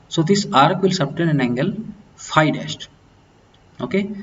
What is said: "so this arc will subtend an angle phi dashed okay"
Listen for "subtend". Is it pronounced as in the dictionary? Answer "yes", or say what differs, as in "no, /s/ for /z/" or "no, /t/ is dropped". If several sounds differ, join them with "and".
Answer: no, /d/ is dropped